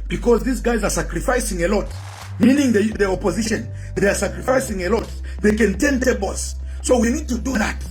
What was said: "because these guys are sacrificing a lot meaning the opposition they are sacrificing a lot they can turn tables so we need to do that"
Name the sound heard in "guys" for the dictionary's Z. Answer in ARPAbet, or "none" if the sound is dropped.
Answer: Z